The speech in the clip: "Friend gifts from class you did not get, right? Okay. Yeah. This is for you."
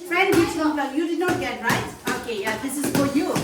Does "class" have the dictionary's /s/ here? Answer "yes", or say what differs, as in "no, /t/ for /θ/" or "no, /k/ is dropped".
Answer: no, /s/ is dropped